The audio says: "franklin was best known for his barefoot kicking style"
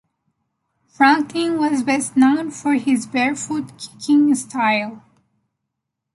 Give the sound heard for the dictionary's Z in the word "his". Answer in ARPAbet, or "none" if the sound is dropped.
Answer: Z